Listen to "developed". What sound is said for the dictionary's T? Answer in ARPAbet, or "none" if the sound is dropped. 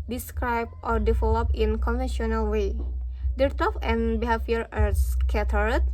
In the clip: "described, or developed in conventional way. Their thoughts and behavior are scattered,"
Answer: none